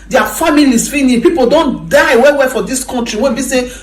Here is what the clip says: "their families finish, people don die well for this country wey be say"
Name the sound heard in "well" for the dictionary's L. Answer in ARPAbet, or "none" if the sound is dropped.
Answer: W